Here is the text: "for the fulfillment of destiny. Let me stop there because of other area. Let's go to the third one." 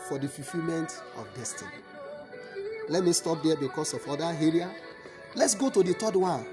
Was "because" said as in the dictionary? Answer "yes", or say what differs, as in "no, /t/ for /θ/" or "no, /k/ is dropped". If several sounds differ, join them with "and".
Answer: no, /s/ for /z/